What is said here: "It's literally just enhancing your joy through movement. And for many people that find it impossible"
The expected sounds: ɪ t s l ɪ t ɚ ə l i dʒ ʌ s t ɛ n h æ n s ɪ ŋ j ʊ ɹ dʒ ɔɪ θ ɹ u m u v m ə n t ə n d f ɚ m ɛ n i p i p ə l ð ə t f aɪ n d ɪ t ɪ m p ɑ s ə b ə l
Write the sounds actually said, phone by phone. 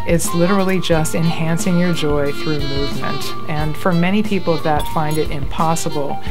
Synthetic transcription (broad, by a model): ɪ t s l ɪ t ɚ l i dʒ ʌ s t ɛ n h æ n s ɪ ŋ j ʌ ɹ dʒ ɔɪ θ ɹ u m u v m ə n t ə n f ɚ m ɛ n i p i p l ð ə t f aɪ n d ɪ t ɪ m p ɑ s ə b l